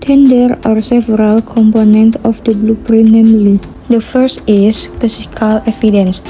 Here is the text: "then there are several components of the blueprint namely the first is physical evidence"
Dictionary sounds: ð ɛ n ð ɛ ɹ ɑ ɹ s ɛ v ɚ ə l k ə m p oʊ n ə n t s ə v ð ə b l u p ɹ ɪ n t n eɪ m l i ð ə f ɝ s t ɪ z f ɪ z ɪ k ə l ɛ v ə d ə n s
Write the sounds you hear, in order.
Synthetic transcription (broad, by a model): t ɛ n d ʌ ɹ ɑ ɹ s ɛ v ɚ ə l k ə m p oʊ n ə n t ə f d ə b l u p ɹ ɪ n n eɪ m l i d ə f ɝ s t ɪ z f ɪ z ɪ k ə l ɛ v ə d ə n s